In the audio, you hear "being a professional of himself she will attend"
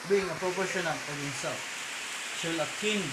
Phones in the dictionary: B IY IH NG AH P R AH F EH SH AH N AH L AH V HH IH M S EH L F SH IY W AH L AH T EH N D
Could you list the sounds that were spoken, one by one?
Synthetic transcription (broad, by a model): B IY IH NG AH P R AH P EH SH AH N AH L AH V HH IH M S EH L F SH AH L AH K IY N